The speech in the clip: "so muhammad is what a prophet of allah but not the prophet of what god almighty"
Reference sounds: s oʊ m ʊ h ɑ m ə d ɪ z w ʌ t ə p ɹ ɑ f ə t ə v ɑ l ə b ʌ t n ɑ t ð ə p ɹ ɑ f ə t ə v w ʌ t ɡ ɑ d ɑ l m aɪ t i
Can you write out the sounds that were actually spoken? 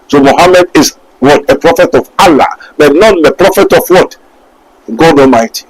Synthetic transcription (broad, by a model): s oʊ m ʊ h ɑ m ə d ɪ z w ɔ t ə p ɹ ɑ f ə t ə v ɑ l ə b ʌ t n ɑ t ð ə p ɹ ɑ f ə t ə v w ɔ t ɡ ɑ d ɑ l m aɪ t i